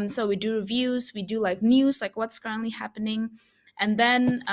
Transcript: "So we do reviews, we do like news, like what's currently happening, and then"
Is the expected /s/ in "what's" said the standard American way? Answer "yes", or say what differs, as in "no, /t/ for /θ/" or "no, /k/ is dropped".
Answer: yes